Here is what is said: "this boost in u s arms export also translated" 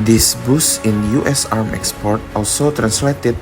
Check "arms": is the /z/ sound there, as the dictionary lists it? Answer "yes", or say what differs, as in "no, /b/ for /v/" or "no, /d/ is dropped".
no, /z/ is dropped